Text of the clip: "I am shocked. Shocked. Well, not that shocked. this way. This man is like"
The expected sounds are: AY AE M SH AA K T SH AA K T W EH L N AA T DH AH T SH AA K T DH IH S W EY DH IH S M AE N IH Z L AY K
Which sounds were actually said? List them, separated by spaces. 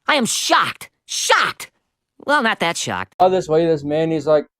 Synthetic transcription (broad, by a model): AY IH M SH AA K T SH AA K T W EH L N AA T DH AH T SH AA K T DH IH S W EY DH IH S M AE N IH Z L AY K